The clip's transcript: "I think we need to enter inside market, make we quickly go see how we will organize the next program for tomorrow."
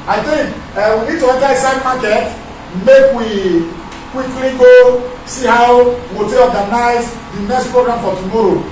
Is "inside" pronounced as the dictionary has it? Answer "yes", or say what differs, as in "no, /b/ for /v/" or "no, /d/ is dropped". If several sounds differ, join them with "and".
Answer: no, /n/ is dropped